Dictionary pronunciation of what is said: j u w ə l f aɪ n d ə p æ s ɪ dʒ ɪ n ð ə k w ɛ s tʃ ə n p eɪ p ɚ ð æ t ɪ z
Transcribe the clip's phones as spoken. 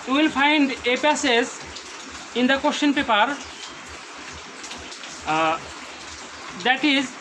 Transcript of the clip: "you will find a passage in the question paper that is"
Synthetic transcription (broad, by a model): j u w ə l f aɪ n d ə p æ s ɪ z ɪ n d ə k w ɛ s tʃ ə n p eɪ p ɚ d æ t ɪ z